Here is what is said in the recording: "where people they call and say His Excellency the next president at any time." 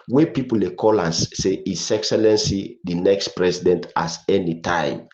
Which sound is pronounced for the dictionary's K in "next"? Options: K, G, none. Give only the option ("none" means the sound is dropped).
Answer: K